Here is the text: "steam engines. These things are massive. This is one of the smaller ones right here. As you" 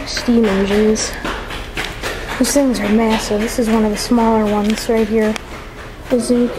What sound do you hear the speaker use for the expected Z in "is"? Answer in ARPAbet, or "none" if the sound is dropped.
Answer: Z